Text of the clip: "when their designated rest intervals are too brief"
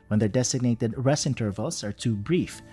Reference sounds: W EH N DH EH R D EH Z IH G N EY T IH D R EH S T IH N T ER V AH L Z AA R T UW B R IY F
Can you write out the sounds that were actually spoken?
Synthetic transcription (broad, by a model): W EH N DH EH R D EH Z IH G N EY T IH D R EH S IH N T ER V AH L S AA R T UW B R IY F